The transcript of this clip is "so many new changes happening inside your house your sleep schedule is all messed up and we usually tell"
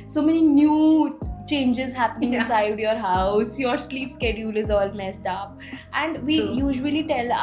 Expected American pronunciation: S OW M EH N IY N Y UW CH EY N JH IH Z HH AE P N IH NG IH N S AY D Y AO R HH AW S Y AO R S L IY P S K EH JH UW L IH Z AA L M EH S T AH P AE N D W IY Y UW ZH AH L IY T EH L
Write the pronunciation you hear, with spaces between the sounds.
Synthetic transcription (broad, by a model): S OW M EH N IY N Y UW CH EY N JH IH Z HH AE P N IH NG IH N S AY D Y AO R HH AW S Y AO R S L IY P S K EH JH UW L IH Z AA L M EH S T AH P AE N D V IY Y UW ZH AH L IY T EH L